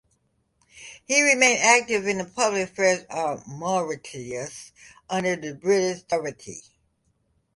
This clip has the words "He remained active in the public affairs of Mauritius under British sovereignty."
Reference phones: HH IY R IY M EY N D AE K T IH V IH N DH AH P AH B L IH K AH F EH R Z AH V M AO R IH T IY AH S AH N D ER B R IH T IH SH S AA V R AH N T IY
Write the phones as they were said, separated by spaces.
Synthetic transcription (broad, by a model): HH IY R IY M EY N D AE K T IH V IH N DH AH P AH B L IH K F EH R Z AH V M AO R IH T IY AH S AH N D ER B R IH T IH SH TH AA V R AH T IY